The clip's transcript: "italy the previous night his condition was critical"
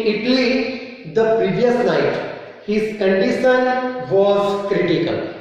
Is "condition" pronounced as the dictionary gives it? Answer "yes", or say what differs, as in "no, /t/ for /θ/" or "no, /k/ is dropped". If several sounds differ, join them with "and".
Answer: no, /s/ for /ʃ/